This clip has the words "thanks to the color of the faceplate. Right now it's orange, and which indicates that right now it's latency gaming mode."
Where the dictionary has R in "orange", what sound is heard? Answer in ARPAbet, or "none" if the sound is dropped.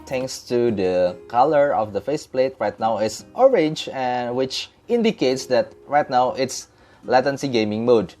R